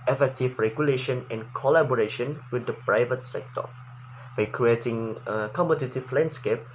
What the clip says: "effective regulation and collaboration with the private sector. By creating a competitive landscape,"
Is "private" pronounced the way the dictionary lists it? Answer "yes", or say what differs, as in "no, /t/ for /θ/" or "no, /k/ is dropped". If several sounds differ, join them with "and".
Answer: yes